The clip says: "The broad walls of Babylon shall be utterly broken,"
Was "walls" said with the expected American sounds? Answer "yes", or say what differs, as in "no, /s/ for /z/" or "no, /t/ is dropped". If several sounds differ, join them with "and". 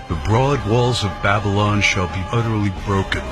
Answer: yes